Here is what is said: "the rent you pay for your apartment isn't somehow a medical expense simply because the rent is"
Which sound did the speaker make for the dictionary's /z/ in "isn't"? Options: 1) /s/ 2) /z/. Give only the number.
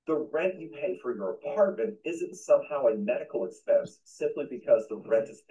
2